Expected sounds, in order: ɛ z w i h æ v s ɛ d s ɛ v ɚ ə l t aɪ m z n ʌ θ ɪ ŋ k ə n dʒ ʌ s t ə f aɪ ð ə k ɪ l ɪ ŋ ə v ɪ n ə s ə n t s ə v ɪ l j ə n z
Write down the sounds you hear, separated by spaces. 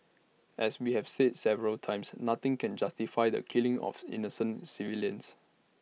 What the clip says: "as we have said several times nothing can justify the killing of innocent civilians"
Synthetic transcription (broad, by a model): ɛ s w i h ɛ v s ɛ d s ɛ v ɚ ə l t aɪ m s n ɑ t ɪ ŋ k ə n dʒ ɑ s t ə f aɪ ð ə k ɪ l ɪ ŋ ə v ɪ n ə s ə n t s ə v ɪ l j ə n s